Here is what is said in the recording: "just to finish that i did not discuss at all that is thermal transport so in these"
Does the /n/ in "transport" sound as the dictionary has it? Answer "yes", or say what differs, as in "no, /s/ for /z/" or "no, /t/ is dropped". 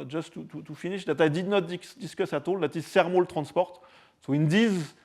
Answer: no, /n/ is dropped